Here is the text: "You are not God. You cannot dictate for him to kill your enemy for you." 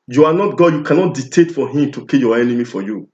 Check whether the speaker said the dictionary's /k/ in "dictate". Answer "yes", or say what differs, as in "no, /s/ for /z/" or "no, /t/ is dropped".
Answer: no, /k/ is dropped